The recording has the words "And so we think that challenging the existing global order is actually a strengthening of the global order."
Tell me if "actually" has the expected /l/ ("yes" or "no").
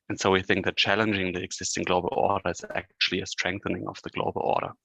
yes